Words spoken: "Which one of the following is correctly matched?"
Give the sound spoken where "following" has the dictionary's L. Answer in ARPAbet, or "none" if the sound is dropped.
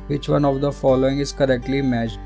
L